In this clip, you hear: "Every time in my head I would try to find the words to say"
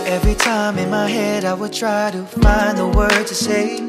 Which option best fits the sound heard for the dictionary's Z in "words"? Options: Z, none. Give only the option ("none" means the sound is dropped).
none